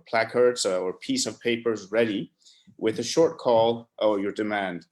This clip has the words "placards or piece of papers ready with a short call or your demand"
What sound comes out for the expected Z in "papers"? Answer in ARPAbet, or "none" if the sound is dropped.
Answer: Z